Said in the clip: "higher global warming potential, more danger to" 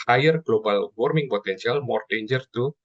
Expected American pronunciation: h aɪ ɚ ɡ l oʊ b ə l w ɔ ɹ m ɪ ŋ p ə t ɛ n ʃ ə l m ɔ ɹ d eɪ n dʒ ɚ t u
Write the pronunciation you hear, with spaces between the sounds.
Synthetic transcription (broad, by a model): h aɪ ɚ ɡ l oʊ b ə l w ɔ ɹ m ɪ ŋ p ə t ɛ n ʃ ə l m ɔ ɹ d eɪ n dʒ ɚ t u